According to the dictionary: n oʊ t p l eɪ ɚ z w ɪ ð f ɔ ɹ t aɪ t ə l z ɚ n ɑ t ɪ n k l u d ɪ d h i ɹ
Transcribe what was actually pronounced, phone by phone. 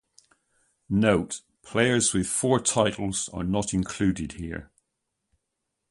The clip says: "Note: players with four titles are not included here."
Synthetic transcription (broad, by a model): n oʊ t p l eɪ ɚ z w ɪ ð f ɔ ɹ t aɪ t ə l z ɚ n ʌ t ɪ n k l u d ɪ d h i ɹ